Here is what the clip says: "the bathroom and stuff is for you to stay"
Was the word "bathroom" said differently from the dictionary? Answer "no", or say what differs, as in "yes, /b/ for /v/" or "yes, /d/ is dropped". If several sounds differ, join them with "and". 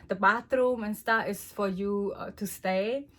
yes, /t/ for /θ/